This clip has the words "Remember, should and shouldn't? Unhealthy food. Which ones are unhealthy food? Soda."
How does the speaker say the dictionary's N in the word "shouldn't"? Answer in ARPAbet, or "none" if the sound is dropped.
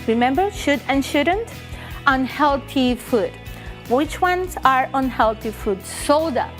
N